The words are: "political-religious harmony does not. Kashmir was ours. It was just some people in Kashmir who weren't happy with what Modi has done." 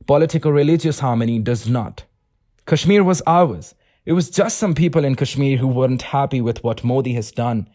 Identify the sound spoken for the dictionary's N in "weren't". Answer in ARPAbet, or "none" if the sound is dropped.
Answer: N